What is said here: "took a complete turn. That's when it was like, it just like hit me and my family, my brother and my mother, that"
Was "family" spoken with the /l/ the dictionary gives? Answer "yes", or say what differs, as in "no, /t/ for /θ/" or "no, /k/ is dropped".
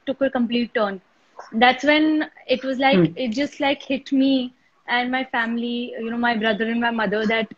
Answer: no, /n/ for /l/